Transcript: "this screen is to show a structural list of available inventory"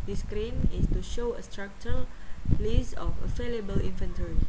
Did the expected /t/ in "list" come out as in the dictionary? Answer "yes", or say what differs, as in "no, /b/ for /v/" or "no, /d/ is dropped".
no, /t/ is dropped